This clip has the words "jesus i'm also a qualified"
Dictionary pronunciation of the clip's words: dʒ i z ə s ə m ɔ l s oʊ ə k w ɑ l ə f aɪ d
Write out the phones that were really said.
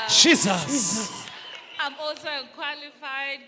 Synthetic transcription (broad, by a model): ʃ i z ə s ə m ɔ s ə k w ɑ l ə f aɪ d